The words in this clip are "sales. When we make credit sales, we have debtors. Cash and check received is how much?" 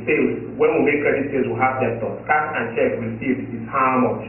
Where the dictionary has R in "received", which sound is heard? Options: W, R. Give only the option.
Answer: W